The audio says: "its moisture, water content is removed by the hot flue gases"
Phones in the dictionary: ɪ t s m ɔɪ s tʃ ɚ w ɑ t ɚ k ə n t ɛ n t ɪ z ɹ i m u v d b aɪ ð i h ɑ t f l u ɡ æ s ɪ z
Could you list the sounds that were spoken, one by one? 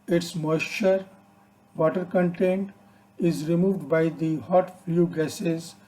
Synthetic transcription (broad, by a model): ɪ t s m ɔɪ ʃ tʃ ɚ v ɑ t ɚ k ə n t ɛ n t ɪ z ɹ i m u v d b aɪ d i h ɑ t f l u ɡ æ s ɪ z